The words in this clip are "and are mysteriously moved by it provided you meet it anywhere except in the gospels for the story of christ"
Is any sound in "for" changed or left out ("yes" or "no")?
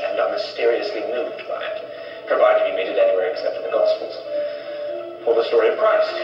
yes